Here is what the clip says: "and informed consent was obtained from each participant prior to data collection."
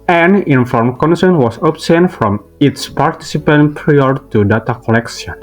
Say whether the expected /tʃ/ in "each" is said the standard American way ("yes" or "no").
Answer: no